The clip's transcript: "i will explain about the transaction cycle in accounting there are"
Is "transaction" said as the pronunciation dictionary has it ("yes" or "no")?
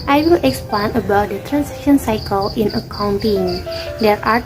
no